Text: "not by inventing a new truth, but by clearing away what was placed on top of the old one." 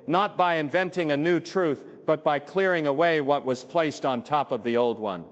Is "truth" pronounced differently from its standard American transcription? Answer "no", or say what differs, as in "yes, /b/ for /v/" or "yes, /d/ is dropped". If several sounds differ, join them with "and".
no